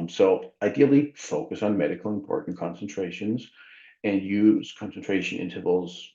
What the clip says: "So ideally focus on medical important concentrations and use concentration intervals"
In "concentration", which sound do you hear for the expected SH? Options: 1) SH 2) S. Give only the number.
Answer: 1